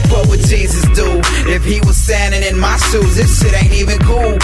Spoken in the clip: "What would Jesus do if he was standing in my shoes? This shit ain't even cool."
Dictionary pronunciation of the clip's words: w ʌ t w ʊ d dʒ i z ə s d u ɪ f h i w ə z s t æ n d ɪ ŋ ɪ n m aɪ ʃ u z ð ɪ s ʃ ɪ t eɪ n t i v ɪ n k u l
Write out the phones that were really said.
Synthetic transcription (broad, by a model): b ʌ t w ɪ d dʒ i z ə s d u ɪ f h i w ə z s t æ n d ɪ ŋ ɪ n m aɪ s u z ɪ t ʃ ɪ t eɪ n t i v ɪ n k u l